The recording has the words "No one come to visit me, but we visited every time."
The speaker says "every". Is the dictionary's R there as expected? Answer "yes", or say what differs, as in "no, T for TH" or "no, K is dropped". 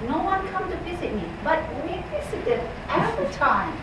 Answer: no, R is dropped